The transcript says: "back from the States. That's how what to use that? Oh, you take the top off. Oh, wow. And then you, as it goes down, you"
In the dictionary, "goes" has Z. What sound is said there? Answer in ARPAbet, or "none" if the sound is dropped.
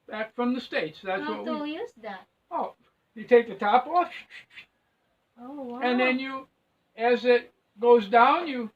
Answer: Z